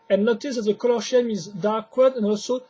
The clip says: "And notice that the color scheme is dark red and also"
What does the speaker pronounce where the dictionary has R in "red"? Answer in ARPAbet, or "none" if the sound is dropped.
W